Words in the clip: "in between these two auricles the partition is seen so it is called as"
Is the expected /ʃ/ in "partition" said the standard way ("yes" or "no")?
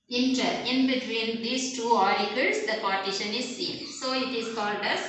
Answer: yes